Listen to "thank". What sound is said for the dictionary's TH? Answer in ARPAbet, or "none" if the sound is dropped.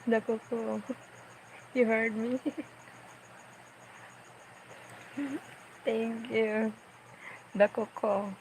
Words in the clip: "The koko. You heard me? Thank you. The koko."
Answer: T